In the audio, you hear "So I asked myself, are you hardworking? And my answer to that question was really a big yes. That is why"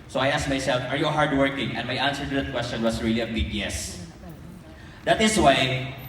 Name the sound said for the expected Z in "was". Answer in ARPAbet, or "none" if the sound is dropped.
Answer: S